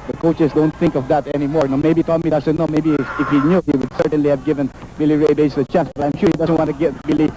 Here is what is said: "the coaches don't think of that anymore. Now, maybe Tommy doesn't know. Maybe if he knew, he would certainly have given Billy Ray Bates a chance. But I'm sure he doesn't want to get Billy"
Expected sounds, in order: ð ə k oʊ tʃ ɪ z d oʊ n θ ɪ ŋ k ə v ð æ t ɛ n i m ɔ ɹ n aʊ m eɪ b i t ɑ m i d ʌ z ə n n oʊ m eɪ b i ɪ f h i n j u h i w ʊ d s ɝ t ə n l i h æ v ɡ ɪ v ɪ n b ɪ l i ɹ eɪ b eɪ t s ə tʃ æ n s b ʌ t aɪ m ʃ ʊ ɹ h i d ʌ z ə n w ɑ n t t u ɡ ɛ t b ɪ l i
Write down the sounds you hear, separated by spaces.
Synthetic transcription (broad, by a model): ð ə k oʊ tʃ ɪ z d oʊ n θ ɪ ŋ k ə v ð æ t ɛ n i m ɔ ɹ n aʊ m eɪ b i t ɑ m i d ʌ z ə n n oʊ m eɪ b i ɪ f h i n j u h i w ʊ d s ɝ t ə n l i h æ v ɡ ɪ v ɪ n b ɪ l i ɹ eɪ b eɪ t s ə tʃ æ n s b ʌ t aɪ m ʃ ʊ ɹ h i d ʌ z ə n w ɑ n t t u ɡ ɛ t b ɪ l i